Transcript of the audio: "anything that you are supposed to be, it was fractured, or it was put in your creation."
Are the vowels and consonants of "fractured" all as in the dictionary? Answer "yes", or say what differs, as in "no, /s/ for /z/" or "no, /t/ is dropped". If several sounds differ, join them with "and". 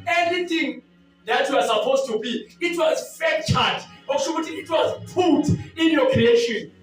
no, /ɹ/ is dropped